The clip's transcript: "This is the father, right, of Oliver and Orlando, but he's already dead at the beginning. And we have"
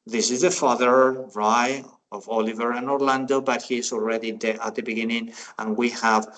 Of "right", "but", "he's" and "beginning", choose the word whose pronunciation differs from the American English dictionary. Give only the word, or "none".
right